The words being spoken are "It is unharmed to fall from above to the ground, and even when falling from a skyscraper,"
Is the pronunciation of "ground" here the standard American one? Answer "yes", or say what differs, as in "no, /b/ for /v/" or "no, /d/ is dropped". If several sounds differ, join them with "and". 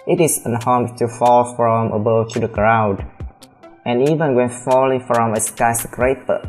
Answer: no, /n/ is dropped